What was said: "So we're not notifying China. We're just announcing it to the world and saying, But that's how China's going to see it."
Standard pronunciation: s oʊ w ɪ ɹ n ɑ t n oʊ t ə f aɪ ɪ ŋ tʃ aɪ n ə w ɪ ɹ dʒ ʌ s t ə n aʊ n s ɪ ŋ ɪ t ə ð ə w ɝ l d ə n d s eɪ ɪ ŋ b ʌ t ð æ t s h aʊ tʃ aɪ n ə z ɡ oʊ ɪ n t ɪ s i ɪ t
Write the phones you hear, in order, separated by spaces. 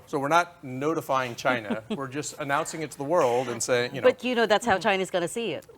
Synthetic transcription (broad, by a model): s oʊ w ɪ ɹ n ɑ t n oʊ t ə f aɪ ɪ ŋ tʃ aɪ n ə w ɪ ɹ dʒ ʌ s t ə n aʊ n s ɪ ŋ ɪ t ə ð ə w ɝ l d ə n s eɪ ɪ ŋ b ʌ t ð æ t s h aʊ tʃ aɪ n ə z ɡ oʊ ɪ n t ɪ s i ɪ t